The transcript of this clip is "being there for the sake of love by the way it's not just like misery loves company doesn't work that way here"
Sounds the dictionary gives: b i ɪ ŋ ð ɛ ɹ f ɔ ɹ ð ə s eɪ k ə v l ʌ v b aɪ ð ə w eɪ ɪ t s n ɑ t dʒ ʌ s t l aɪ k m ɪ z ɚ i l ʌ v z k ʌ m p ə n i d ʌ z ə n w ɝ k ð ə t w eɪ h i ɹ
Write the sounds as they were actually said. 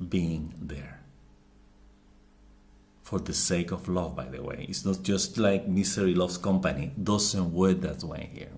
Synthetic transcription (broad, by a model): b i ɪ ŋ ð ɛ ɹ f ɔ ɹ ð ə s eɪ k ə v l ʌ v b aɪ ð ə w eɪ ɪ t s n ɑ t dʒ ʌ s t l aɪ k m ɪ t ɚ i l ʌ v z k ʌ m p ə n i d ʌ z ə n w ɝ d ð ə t w eɪ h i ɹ